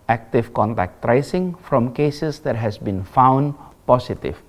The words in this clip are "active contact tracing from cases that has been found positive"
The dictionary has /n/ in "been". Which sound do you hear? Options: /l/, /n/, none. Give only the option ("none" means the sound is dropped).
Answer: /n/